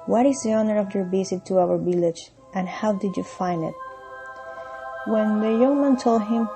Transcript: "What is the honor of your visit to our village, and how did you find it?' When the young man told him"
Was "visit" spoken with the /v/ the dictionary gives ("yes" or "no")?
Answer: no